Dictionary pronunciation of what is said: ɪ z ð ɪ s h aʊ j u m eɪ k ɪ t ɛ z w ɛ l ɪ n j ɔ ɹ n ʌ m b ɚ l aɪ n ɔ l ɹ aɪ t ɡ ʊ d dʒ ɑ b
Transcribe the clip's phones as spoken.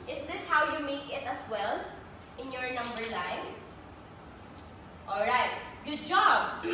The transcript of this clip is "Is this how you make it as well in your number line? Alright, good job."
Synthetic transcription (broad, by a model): ɪ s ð ɪ s h aʊ j u m eɪ k ɪ t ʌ s w ɛ l ɪ n j ɔ ɹ n ʌ m b ɚ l aɪ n ɔ l ɹ aɪ t ɡ ʊ d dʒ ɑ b